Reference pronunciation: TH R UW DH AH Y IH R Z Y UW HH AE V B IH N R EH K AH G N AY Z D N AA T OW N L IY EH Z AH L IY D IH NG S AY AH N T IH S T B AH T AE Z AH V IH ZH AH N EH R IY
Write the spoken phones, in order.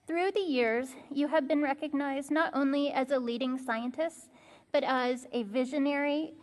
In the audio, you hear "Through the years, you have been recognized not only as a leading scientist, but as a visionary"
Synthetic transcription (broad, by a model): TH R UW DH AH Y IH R Z Y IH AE V B IH N R EH K AH G N AY Z D N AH T OW N L IY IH Z AH L IY D IH NG S AY AH N T IH S T B AH T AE Z AH V IH ZH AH N EH R IY